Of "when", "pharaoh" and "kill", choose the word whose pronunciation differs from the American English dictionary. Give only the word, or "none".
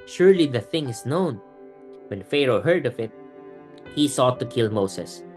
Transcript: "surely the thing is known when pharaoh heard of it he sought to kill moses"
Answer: none